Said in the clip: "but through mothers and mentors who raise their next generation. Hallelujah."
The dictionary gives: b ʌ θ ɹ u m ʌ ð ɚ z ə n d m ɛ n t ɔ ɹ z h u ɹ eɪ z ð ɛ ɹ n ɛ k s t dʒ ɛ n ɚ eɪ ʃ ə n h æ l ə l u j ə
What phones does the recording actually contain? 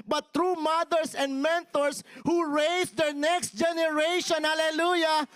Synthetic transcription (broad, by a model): b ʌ t ɹ u m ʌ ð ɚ s ə n d m ɛ n t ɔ ɹ s h u ɹ eɪ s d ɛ ɹ n ɛ k s t dʒ ɛ n ɚ eɪ ʃ ə n h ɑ l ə l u j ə